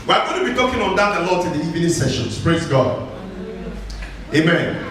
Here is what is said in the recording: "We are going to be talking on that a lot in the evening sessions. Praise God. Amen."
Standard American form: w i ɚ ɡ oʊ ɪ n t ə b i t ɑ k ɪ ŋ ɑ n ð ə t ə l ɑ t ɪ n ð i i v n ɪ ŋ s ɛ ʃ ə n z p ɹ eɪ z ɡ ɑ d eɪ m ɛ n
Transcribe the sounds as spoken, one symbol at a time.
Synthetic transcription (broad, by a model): w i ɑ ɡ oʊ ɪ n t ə b i t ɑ k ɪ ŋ ɑ n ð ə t ə l ɑ t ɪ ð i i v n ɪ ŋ s ɛ ʃ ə n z p ɹ eɪ z ɡ ɑ d eɪ m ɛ n